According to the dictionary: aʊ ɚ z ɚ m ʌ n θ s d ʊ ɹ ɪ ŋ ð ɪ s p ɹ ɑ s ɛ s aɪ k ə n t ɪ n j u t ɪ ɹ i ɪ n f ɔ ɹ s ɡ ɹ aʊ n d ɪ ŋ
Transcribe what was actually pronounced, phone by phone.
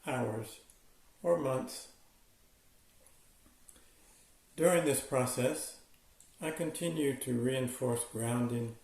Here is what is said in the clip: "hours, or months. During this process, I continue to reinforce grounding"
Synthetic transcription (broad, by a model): aʊ ɚ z ɚ m ʌ n θ s d ʊ ɹ ɪ ŋ ð ɪ s p ɹ ɑ s ɛ s aɪ k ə n t ɪ n j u t ɪ ɹ i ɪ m f ɔ ɹ s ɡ ɹ aʊ n d ɪ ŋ